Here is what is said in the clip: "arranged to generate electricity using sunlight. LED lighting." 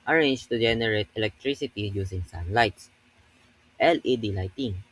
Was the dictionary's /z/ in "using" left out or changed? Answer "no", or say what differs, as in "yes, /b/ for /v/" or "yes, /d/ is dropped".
yes, /s/ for /z/